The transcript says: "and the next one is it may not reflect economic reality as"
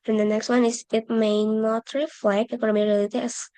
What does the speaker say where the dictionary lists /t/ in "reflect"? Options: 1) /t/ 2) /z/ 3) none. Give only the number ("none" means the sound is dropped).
3